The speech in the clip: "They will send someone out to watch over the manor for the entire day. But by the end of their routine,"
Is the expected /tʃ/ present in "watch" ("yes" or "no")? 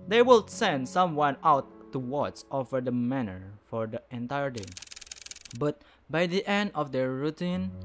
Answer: no